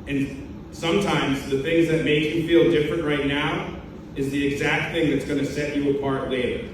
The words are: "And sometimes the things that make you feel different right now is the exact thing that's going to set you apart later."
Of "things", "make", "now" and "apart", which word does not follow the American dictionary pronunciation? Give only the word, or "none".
none